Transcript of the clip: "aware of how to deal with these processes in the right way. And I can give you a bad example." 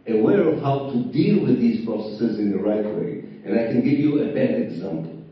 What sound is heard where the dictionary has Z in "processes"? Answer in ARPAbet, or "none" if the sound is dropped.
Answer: Z